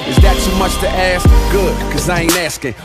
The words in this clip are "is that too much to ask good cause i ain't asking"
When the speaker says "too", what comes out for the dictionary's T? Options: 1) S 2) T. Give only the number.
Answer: 1